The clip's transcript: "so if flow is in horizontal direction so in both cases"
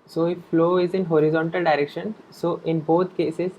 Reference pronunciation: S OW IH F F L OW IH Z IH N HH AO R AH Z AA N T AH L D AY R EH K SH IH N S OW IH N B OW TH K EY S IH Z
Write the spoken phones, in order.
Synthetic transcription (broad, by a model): S OW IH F F L OW IH Z IH N HH AO R AH Z AA N T AH L D AY R EH K SH IH N S OW IH N B OW T K EY S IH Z